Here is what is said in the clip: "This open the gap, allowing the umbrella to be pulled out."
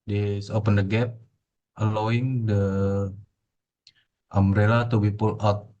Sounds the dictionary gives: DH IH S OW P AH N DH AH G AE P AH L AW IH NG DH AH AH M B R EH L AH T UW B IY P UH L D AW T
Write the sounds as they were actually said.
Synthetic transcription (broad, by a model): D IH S OW P AH N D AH G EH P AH L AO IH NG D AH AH M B R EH L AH T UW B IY P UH L AW T